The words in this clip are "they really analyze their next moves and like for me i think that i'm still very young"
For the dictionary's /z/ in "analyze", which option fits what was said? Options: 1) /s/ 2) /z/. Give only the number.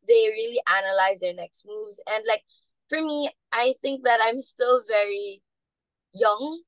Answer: 2